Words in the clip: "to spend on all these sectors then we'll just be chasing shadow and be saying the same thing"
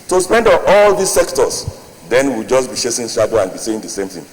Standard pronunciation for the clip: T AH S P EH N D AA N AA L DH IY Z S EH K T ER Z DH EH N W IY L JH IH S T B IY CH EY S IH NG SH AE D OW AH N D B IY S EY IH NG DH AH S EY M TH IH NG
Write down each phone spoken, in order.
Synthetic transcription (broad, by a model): T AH S P EH N D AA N AA L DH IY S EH K T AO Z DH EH N W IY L JH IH S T B IY SH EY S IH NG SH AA D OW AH N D B IY S EY IH NG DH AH S EY M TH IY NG